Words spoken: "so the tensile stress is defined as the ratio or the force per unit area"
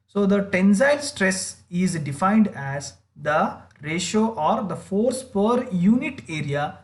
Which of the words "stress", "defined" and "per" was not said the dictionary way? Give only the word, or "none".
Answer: none